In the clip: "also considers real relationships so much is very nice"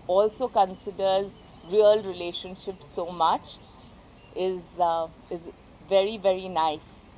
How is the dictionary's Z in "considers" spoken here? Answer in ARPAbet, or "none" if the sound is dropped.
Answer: Z